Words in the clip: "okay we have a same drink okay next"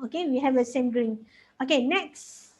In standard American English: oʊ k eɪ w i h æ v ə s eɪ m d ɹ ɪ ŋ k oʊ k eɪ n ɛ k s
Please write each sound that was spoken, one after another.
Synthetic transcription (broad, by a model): oʊ k eɪ w i h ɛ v ə s eɪ m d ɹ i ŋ oʊ k eɪ n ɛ k s